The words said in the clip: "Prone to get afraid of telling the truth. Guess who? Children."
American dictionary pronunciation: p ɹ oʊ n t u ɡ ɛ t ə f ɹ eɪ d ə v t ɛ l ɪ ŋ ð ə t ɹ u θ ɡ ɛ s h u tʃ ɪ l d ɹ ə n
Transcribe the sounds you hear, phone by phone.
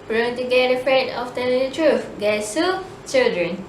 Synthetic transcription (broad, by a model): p ɹ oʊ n t u ɡ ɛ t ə f ɹ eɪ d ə f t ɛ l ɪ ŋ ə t ɹ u f ɡ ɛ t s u tʃ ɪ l d ɹ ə n